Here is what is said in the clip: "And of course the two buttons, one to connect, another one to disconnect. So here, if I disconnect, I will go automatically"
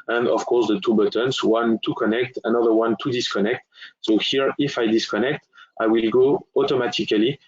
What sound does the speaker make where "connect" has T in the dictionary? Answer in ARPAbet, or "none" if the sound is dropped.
T